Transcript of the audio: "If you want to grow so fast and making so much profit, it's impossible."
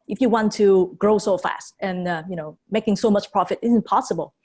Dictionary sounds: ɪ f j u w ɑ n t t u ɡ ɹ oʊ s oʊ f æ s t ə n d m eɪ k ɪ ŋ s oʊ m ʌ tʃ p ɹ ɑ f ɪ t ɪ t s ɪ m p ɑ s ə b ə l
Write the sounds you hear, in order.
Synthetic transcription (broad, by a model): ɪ f j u w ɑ n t t u ɡ ɹ oʊ s oʊ f æ s t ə n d m eɪ k ɪ ŋ s oʊ m ʌ tʃ p ɹ ɑ f ɪ t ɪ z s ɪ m p ɑ s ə b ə l